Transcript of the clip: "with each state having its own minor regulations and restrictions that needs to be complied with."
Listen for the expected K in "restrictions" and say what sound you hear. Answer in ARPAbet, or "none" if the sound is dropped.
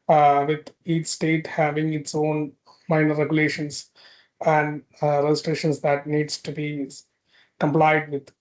none